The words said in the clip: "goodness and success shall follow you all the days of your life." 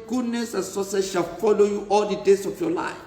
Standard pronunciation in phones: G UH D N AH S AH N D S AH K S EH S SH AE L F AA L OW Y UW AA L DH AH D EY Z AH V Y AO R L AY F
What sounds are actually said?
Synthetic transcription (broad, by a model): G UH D N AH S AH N S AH S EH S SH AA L F AA L OW Y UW AA L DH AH D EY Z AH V Y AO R L AY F